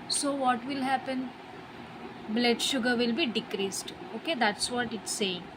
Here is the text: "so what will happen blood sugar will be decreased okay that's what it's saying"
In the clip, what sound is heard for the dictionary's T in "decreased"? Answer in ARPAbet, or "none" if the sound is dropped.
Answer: T